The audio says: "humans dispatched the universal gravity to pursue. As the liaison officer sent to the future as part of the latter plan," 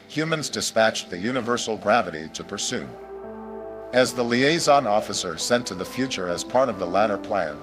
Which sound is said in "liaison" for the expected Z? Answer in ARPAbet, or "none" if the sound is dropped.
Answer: Z